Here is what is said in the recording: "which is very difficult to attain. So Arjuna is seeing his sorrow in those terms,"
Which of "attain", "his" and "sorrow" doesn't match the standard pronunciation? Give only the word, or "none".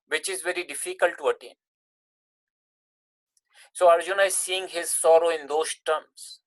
none